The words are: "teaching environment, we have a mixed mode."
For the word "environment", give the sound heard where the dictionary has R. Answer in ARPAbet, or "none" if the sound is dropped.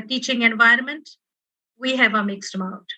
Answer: R